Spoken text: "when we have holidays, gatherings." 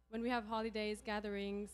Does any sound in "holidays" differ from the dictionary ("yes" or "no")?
no